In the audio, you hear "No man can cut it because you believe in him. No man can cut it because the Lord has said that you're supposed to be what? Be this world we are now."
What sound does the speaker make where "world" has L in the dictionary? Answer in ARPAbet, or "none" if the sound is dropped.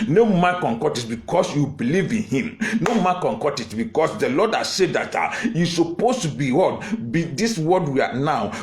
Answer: none